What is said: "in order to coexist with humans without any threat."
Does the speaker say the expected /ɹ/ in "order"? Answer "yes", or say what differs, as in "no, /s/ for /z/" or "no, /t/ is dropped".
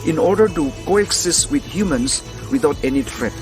yes